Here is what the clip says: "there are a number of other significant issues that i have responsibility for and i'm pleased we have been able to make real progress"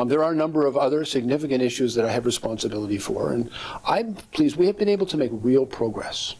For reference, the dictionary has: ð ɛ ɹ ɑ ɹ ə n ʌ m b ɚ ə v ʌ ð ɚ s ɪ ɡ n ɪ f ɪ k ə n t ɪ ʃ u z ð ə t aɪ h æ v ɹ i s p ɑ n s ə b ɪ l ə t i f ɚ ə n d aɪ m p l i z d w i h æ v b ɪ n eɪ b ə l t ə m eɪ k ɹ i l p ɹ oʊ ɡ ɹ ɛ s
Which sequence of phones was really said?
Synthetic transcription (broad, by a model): ð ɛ ɹ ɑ ɹ ə n ʌ m b ɚ ə v ʌ ð ɚ s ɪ ɡ n ɪ f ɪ k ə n t ɪ ʃ u z ð ə t aɪ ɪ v ɹ i s p ɑ n s ə b ɪ l ə t i f ɚ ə n aɪ p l i z w i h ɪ v b ɪ n eɪ b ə l t ə m eɪ k ɹ i l p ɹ oʊ ɡ ɹ ɛ s